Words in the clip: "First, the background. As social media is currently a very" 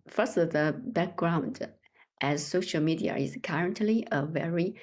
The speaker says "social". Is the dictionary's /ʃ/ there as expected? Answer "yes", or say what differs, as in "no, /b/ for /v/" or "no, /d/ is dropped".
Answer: yes